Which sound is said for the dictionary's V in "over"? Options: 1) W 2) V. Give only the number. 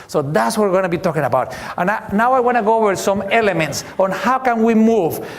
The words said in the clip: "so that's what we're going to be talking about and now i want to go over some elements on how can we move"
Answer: 1